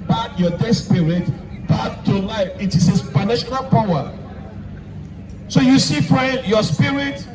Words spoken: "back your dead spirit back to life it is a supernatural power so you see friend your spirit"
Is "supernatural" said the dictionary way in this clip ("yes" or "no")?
no